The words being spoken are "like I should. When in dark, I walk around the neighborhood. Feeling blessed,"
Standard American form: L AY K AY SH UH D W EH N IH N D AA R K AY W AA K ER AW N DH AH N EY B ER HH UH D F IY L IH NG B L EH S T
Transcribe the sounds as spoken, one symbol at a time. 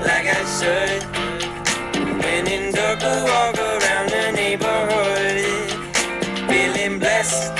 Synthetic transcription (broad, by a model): L AY K AY S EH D W EH N IH N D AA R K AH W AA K ER AW N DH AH N EY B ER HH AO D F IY L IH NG B L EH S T